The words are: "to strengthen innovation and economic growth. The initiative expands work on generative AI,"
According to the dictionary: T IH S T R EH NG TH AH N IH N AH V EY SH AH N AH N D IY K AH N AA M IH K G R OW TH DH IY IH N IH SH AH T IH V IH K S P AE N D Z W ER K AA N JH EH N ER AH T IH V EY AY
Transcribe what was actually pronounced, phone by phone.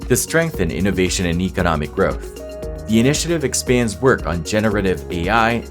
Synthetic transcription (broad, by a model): T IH S T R EH NG TH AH N IH N AH V EY SH AH N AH N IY K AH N AA M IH K G R OW TH DH IY IH N IH SH AH T IH V IH K S P AE N D Z W ER K N JH EH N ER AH T IH V EY AY